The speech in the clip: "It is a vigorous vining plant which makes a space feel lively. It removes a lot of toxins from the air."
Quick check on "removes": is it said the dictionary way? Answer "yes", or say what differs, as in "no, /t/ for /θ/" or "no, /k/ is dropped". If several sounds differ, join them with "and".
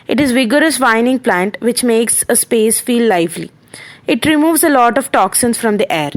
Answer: yes